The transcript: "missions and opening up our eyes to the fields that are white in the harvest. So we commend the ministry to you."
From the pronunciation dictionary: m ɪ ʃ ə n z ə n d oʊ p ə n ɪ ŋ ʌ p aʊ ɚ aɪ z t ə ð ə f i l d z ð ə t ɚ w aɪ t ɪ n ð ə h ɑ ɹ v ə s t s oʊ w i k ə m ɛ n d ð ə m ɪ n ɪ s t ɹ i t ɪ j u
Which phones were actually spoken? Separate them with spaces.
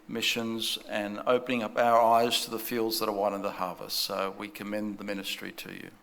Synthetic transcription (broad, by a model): m ɪ ʃ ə n z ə n oʊ p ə n ɪ ŋ ʌ p aʊ ɚ aɪ z t ə ð ə f i l d z ð ə t ɚ w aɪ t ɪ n ð ə h ɑ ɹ v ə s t s oʊ w i k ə m ɛ n ð ə m ɪ n ɪ s t ɹ i t ɪ j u